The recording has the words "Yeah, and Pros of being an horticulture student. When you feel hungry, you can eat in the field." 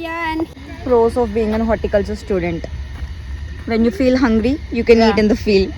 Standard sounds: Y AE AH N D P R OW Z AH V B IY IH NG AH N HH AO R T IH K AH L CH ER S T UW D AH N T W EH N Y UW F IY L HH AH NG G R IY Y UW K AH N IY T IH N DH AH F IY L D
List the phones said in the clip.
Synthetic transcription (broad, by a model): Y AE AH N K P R OW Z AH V B IY IH NG AH N HH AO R T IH K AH L S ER S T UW D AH N T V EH N Y UW F IY L HH AH NG G R IY Y UW K AH N IY T IH N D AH F IY L D